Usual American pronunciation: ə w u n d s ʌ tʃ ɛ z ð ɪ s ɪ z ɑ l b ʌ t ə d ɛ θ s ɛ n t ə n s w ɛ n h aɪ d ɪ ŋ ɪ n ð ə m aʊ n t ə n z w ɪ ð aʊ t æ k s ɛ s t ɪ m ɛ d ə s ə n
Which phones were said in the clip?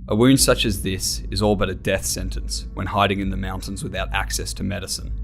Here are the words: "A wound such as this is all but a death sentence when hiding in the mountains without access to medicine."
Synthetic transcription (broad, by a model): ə w u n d s ʌ tʃ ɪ z ð ɪ s ɪ z ɑ l b ʌ t ə d ɛ θ s ɛ n t ə n s w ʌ n h aɪ d ɪ ŋ ɪ n ð ə m aʊ n t ə n z w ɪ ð aʊ t æ k s ɛ s t ɪ m ɛ d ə s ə n